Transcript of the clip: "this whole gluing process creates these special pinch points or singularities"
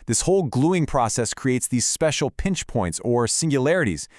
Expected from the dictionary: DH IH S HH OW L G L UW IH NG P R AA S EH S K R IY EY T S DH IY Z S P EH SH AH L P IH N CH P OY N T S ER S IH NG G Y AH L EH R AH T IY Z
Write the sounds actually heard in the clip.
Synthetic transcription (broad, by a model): DH IH S HH OW L G L UW IH NG P R AA S EH S K R IY EY T S DH IY Z S P EH SH L P IH N CH P OY N T S ER S IH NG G Y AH L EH R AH T IY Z